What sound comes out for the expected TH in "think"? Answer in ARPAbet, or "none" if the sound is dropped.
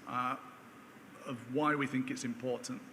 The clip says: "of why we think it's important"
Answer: TH